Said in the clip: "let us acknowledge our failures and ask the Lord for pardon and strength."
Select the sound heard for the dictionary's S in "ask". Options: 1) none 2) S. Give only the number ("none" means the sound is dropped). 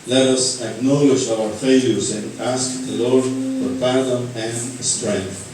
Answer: 2